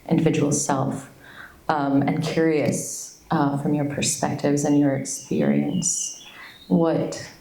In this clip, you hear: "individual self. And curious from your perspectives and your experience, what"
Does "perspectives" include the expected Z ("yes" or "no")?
yes